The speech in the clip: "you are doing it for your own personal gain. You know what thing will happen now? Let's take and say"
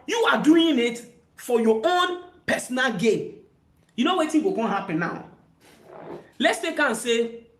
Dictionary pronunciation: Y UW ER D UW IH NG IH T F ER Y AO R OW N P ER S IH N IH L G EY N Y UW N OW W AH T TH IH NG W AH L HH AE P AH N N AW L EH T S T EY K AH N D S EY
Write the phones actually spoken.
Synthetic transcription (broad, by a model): Y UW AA D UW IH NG IH T F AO Y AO OW N P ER S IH N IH L G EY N Y UW N OW W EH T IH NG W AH N HH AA P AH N N AW L EH T S T EY K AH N S EY